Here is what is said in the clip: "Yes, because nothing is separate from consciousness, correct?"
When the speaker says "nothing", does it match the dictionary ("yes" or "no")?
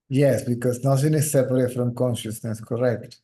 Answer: no